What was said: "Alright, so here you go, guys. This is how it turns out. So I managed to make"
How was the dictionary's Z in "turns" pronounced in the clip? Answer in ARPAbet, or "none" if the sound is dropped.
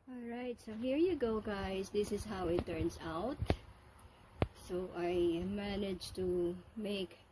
S